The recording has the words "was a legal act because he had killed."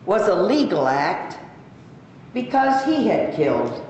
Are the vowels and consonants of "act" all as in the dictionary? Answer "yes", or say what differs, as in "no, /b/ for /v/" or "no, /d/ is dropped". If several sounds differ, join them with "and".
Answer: yes